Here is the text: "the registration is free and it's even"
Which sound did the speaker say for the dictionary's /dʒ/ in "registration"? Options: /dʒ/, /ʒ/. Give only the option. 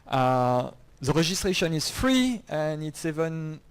/ʒ/